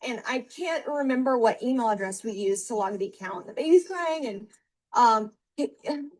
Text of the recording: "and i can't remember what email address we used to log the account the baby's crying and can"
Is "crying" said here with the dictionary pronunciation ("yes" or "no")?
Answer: no